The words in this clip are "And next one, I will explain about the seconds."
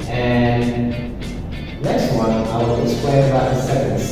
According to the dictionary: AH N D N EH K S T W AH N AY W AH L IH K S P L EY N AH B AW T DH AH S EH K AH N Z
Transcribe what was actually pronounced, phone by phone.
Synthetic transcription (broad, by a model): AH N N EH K S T W AH N AY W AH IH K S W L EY AH B AW T DH AH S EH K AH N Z